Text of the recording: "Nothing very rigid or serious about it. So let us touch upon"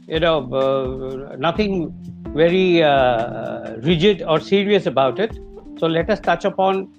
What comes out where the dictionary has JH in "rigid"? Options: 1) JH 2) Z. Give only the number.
1